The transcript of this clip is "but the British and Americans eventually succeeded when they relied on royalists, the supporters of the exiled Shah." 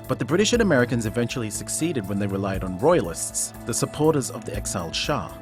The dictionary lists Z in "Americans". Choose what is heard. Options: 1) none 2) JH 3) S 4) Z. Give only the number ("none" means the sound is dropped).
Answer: 4